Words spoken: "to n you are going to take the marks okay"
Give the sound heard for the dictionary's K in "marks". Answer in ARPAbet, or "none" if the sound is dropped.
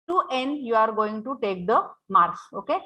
none